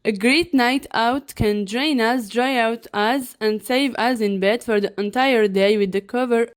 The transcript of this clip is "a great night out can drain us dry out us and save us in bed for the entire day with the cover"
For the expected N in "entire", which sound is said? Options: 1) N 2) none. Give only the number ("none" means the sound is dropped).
1